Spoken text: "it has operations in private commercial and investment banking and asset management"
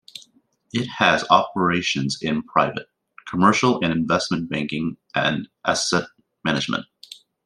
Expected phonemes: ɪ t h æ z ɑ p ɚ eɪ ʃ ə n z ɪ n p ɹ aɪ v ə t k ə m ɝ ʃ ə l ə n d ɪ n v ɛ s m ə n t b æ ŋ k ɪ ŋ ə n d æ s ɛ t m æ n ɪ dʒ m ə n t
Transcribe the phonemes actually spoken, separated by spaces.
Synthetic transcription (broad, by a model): ɪ t h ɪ z ɑ p ɚ eɪ ʃ ə n z ɪ n p ɹ aɪ v ə t k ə m ɝ ʃ l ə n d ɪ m v ɛ s m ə n b æ ŋ k ɪ ŋ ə n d æ s ɛ t m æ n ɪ dʒ m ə n t